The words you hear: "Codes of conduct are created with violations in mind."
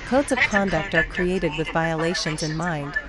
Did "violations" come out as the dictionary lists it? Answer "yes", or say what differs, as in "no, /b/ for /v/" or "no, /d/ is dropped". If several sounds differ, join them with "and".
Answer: yes